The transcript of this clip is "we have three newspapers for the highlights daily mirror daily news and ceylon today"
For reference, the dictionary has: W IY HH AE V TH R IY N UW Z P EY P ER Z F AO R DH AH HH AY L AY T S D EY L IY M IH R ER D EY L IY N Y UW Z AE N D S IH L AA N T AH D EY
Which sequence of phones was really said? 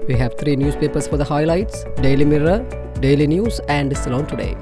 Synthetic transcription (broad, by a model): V IY HH AE V T R IY N UW S P EY P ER S F AO R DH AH HH AY L AY T S D EY L IY M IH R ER D EY L IY N Y UW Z AE N D S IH L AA N T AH D EY